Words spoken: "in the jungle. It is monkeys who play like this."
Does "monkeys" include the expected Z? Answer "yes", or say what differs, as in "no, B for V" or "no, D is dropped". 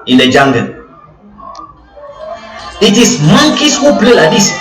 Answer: no, S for Z